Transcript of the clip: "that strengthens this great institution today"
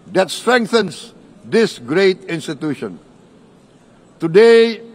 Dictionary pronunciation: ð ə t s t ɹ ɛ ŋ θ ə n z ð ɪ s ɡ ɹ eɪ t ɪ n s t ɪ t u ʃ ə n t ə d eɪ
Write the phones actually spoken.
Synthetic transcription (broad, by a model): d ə t s t ɹ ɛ ŋ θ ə n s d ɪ s ɡ ɹ eɪ t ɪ n s t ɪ t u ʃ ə n t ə d eɪ